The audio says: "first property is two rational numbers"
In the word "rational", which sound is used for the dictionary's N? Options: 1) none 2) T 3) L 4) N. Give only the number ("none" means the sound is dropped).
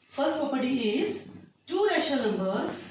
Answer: 1